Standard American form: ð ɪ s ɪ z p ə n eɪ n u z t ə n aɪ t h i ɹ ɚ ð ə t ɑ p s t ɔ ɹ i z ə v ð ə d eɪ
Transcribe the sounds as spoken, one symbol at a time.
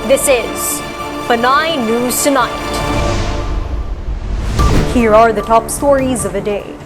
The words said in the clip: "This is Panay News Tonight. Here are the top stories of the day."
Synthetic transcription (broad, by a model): ð ɪ s ɪ z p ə n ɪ n u z t ə n aɪ t h i ɹ ɚ ð ə t ɑ p s t ɔ ɹ i z ə v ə d eɪ